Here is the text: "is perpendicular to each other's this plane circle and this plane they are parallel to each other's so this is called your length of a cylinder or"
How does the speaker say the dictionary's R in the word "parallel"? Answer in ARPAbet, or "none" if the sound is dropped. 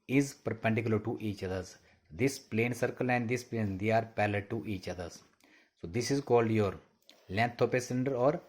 L